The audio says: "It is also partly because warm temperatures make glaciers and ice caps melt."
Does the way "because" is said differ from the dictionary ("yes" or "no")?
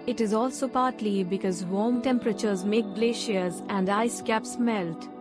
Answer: no